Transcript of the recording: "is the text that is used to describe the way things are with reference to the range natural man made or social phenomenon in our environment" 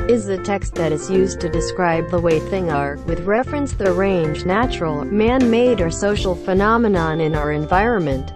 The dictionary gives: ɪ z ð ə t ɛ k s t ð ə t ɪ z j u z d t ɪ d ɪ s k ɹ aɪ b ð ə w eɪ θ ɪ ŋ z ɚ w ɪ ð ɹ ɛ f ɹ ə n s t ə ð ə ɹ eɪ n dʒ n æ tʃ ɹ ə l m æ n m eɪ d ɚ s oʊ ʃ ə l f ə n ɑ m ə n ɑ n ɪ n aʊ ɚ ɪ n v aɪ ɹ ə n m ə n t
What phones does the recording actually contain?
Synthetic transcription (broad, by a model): ɪ z ð ə t ɛ k s t ð ə t ɪ z j u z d t ɪ d ɪ s k ɹ aɪ b ð ə w eɪ θ ɪ ŋ ɚ w ɪ ð ɹ ɛ f ɹ ə n s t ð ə ɹ eɪ n dʒ n æ tʃ ɹ l m æ n m eɪ d ɚ s oʊ ʃ l f ə n ɑ m ə n ɑ n ɪ n aʊ ɚ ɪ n v aɪ ɹ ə n m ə n t